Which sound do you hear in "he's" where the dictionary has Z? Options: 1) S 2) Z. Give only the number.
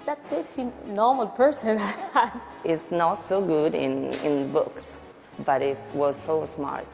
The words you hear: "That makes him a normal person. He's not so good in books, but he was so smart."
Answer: 1